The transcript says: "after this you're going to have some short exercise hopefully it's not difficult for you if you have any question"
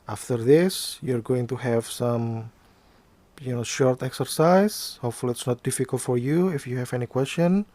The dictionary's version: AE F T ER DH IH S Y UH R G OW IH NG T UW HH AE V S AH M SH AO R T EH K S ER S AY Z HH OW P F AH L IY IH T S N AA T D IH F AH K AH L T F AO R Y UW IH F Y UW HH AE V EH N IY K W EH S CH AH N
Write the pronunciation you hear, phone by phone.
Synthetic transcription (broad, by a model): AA F T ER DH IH S Y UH R G OW IH NG T UW HH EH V S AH M SH AO R T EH K S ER S AY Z HH OW P F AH L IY IH T S N AA T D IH F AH K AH L T F AO R Y UW IH F Y UW HH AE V EH N IY K W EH S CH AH N